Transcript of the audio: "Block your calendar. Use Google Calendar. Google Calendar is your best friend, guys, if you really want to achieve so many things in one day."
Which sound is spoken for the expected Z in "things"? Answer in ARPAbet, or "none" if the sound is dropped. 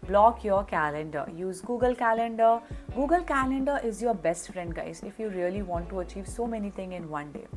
none